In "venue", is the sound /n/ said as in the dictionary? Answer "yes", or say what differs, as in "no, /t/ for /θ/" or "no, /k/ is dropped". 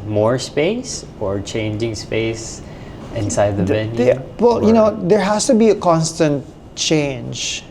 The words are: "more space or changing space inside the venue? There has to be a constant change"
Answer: no, /l/ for /n/